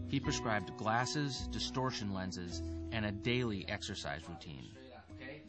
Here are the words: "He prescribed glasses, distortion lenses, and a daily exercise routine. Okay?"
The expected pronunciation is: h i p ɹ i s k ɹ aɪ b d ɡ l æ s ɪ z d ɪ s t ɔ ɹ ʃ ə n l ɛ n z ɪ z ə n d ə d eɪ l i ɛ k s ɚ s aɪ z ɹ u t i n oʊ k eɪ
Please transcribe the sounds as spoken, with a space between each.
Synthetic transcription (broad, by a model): h i p ɹ i s k ɹ aɪ b d ɡ l æ s ɪ z d ɪ s t ɔ ɹ ʃ ə n l ɛ n z ɪ z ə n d ə d eɪ l i ɛ k s ɚ s aɪ z ɹ u t i n